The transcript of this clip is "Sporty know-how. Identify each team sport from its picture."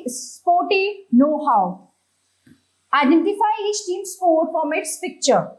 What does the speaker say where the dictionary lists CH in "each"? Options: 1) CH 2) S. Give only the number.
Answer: 2